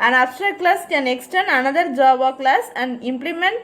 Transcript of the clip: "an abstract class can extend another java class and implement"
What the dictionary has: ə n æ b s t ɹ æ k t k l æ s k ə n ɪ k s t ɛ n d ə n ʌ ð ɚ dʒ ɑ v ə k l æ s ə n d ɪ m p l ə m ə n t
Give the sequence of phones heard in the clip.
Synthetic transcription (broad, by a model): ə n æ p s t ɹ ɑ t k l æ s k ə n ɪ k s t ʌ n ə n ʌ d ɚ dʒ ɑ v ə k l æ s ə n d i m p l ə m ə n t